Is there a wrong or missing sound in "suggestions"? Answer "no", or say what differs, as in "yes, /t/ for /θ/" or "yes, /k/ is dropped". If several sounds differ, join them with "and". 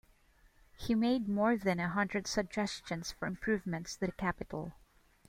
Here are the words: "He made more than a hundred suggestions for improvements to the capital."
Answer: yes, /s/ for /z/